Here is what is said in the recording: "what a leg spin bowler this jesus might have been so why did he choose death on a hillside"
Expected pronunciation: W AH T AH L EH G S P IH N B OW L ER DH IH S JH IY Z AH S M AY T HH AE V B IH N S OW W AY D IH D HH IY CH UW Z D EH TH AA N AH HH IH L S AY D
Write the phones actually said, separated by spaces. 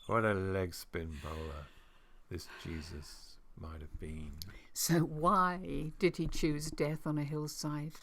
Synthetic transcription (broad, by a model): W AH T AH L EH G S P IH N B OW L ER DH IH S JH IY Z AH S M AY T HH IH V B IH N S OW W AY D IH D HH IY CH UW Z D EH TH N AH HH IH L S AY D